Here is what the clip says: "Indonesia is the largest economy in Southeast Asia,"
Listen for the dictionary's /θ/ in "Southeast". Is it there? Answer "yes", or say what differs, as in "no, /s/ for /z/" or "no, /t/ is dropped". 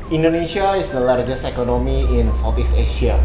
no, /f/ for /θ/